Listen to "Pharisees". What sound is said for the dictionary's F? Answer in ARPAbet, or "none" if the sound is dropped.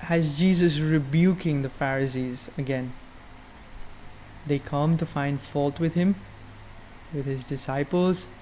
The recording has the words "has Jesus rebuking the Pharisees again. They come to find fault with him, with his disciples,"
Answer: F